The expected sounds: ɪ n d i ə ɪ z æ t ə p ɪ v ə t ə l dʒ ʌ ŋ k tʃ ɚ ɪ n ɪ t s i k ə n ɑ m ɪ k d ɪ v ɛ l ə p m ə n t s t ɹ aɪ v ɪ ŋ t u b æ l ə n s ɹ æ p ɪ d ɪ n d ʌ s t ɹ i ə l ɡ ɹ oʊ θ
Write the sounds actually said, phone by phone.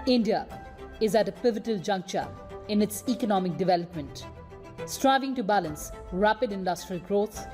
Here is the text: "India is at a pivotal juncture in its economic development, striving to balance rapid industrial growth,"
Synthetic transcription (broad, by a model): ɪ n d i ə ɪ z æ t ə p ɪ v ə t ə l dʒ ʌ ŋ k tʃ ɚ ɪ n ɪ t s i k ə n ɑ m ɪ k d ɪ v ɛ l ə p m ə n t s t ɹ aɪ v ɪ ŋ t u b æ l ə n s ɹ æ p ɪ d ɪ n d ʌ s t ɹ i ə l ɡ ɹ oʊ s